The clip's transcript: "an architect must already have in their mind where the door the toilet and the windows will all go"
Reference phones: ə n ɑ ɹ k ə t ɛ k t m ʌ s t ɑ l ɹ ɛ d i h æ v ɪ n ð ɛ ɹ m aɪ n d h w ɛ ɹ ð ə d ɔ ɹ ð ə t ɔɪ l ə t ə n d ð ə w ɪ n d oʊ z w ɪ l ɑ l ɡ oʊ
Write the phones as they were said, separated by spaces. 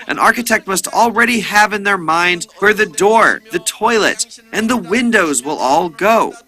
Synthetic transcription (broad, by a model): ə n ɑ ɹ k ə t ɛ k t m ʌ s t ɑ l ɹ ɛ d i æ v ɪ n ð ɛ ɹ m aɪ n d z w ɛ ɹ ð ə d ɔ ɹ ð ə t ɔɪ l ə t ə n ð ə w ɪ n d oʊ z w ɪ l ɑ l ɡ oʊ